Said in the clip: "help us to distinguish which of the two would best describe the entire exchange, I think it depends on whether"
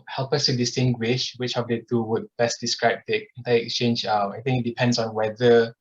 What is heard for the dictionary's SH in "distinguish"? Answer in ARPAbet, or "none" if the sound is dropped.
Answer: SH